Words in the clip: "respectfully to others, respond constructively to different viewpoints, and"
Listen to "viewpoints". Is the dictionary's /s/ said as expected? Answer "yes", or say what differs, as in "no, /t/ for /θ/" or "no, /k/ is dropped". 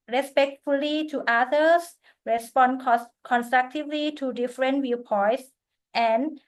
no, /s/ is dropped